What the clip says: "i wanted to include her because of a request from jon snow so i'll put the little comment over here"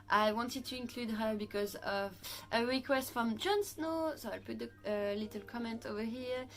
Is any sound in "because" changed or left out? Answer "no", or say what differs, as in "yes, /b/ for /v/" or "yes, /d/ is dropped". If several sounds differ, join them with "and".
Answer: no